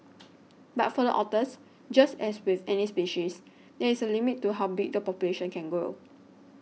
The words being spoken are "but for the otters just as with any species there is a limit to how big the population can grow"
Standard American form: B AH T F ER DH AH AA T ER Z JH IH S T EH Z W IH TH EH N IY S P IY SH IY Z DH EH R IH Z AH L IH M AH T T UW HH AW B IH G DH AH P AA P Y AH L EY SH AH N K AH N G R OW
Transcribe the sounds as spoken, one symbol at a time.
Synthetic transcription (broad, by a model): B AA T F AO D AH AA T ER S JH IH S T EH S W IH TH EH N IY S P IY SH IY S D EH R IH S AH L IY M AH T T UW HH AW B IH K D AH P AA P Y AH L EY SH AH N K AH N G OW